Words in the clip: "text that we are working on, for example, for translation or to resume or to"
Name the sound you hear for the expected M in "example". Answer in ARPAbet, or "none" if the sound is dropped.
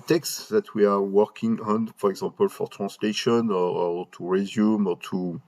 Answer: none